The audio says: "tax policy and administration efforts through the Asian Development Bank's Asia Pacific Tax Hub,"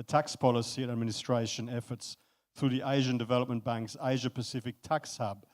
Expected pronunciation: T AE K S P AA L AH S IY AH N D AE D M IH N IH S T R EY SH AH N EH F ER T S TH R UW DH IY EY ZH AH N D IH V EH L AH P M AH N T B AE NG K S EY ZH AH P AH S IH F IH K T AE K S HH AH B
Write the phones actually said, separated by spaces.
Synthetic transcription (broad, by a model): T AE K S P AA L AH S IY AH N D AE D M IH N IH S T R EY SH AH N EH F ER T S TH R UW DH IY EY ZH AH N D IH V EH L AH P M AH N B AE NG K S EY ZH AH P AH S IH F IH K T AE K S HH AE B